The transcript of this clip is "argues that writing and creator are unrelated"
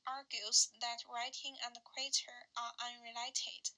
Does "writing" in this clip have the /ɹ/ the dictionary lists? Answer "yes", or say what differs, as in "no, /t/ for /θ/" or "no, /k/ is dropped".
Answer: yes